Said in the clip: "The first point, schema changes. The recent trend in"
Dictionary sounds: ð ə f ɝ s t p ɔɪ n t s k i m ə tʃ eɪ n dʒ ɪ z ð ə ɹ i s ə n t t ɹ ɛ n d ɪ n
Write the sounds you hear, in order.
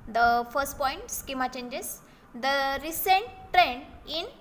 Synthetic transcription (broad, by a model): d ə f ɝ s t p ɔɪ n t s k i m ə tʃ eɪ n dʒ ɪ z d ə ɹ i s ə n t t ɹ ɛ n ɪ n